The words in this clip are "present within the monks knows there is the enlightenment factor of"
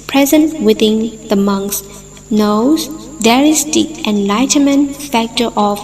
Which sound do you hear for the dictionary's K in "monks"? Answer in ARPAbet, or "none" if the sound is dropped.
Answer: K